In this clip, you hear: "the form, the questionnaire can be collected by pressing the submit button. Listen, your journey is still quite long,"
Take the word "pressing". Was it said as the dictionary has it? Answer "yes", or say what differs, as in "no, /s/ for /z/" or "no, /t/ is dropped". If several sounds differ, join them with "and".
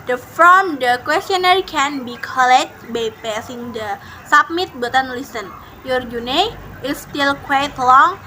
no, /ɹ/ is dropped